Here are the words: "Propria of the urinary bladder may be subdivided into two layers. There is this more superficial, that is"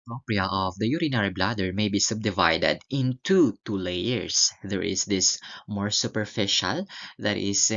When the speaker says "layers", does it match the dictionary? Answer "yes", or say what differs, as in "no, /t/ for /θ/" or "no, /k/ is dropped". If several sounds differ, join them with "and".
no, /s/ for /z/